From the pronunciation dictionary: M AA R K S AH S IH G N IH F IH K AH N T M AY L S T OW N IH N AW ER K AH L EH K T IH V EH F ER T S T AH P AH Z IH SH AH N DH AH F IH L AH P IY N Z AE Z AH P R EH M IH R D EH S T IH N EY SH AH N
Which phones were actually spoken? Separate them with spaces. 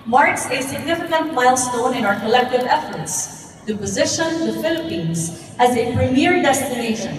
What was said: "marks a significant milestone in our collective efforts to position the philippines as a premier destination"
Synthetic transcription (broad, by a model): M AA R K S AH S IH G N IH F IH K AH N T M AY L S T OW N IH N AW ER K AH L EH K T IH V EH F ER T S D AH P AH Z IH SH AH N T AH F IH L AH P IY N Z AE Z AH P R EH M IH R D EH S T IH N EY SH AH N